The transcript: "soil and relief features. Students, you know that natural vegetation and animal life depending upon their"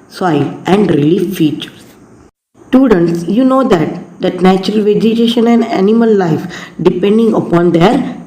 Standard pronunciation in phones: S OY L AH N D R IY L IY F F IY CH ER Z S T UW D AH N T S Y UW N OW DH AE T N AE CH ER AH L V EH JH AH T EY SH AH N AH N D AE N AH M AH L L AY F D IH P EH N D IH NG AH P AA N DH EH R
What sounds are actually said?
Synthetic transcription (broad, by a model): S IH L AH N D R IY L IY F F IY CH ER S T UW D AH N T S Y UW N OW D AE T N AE CH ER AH L V EH JH AH T EY SH AH N AH N D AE N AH M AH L L AY F D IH P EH N D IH NG AH P AA N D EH R